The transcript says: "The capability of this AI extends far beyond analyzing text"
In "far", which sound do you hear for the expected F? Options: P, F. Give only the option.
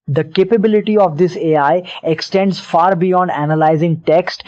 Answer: F